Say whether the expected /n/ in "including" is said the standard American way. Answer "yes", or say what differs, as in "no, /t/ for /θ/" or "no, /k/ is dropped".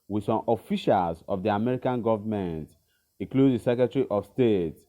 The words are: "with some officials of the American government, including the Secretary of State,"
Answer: no, /n/ is dropped